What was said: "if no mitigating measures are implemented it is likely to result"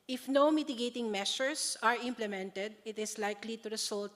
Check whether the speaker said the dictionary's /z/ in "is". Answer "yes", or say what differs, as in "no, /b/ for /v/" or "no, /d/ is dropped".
no, /s/ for /z/